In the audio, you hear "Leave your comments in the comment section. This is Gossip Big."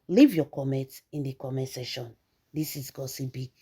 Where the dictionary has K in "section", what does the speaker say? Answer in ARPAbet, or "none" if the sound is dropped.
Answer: none